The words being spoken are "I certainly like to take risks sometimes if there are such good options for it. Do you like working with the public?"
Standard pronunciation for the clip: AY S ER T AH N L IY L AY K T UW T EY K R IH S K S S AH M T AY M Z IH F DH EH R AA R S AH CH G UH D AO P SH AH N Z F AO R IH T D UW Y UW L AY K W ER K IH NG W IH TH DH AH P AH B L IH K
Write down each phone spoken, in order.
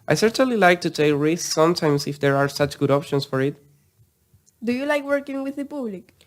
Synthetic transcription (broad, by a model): AY S ER T AH N L IY L AY K T UW T EY K R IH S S S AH M T AY M S IH F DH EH R AA R S AH CH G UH D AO P SH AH N S F AO R IH T D UW Y UW L AY K W ER K IH NG W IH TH DH AH P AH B L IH K